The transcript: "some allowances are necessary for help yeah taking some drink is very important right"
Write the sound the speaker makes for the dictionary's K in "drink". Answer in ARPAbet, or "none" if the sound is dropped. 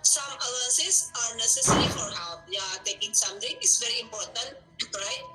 none